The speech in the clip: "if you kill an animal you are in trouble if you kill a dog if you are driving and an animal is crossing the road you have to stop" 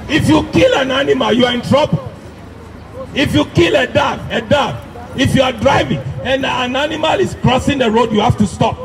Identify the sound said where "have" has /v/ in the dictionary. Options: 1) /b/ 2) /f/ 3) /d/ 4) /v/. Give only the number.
2